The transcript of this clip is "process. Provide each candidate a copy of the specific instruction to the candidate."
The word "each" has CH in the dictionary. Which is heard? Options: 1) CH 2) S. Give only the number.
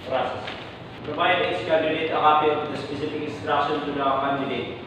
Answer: 2